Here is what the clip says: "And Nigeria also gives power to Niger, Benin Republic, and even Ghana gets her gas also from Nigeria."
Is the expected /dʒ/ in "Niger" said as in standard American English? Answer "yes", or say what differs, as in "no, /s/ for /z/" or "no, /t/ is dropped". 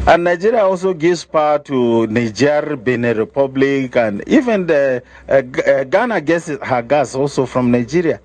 yes